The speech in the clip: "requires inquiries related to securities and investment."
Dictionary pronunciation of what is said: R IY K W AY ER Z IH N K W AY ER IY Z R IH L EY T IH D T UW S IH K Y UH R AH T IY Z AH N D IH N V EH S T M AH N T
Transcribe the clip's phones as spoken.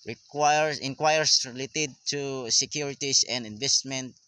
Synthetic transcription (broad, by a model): R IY K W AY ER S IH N K W AY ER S R IH L EY T IH D T UW S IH K Y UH R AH T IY S AH N D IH N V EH S T M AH N T